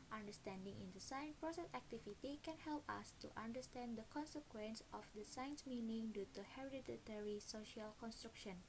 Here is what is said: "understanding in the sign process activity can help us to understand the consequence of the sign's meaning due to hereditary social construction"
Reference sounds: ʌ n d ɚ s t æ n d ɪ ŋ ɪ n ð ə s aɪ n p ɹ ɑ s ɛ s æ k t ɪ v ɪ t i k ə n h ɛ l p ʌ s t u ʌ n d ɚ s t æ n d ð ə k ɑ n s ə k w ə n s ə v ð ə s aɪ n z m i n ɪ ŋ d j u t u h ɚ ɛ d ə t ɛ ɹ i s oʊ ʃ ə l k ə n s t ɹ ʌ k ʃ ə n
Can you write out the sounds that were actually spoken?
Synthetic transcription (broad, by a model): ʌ n d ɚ s t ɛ n d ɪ ŋ ɪ n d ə s aɪ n p ɹ ɑ s ɛ s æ k t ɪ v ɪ t i k ə n h ɛ l p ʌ s t u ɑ n d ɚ s t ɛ n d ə k ɑ n s ə k w ə n s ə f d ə s aɪ n s m i n ɪ ŋ d j u t u h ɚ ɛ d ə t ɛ ɹ i s oʊ ʃ ə l k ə n s t ɹ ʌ k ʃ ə n